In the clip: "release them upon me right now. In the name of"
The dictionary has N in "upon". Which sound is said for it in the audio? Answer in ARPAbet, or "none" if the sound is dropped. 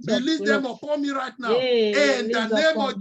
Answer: L